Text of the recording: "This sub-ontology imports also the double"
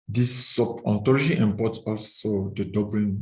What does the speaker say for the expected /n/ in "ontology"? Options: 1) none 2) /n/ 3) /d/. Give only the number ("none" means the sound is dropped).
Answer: 1